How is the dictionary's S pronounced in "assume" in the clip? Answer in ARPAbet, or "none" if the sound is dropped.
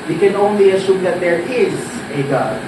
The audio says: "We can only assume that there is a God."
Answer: SH